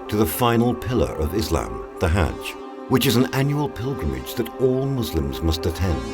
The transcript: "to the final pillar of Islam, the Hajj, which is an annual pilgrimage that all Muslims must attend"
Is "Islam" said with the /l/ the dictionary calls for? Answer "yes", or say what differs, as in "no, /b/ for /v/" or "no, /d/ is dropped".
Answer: yes